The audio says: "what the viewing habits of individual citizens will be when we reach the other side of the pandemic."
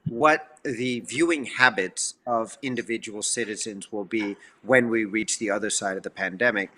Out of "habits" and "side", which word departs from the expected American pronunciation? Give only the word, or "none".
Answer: none